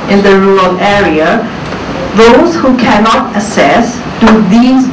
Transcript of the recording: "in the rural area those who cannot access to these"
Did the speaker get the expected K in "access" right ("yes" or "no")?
no